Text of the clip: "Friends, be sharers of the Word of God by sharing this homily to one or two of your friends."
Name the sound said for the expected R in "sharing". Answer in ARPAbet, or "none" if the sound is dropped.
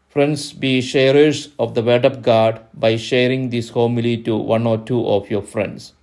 R